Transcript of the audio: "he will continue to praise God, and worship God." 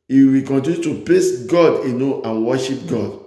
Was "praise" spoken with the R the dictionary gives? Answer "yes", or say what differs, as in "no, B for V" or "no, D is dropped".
no, L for R